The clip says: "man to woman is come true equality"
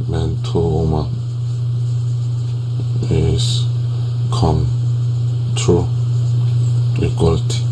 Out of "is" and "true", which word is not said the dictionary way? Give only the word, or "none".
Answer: is